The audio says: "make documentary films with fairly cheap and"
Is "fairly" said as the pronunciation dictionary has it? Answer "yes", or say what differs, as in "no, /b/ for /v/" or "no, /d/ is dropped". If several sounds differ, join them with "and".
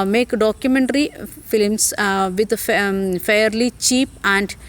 yes